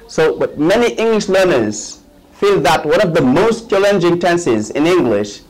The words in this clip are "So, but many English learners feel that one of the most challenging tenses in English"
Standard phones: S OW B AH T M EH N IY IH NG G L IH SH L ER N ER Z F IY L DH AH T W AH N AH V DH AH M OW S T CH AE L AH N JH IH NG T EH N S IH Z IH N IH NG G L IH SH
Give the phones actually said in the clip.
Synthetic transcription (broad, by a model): S OW B AH T M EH N IY IH NG G L IH SH L ER N ER Z F IY L DH AH T W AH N AH V DH AH M OW S T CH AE L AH N JH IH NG T EH N S IH Z IH N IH NG G L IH SH